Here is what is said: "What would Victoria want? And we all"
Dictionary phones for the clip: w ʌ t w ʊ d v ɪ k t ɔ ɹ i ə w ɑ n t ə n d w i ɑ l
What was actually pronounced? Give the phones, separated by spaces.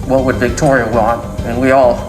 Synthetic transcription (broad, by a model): w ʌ t w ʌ d v ɪ k t ɔ ɹ i ə w ɑ n t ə n w i ɑ l